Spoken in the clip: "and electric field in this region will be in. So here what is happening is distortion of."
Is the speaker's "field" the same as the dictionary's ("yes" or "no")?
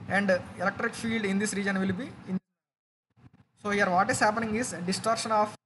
yes